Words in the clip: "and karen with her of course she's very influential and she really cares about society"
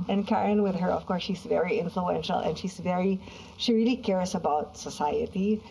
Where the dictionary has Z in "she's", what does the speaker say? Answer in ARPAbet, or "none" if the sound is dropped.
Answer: Z